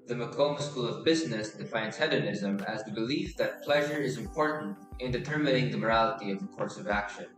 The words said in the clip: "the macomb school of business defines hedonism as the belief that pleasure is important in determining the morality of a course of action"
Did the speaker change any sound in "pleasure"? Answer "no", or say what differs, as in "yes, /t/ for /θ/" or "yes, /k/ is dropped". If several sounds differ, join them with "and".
no